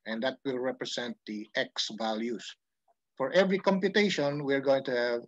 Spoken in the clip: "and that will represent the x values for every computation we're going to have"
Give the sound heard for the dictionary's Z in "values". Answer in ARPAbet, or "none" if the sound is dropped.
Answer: S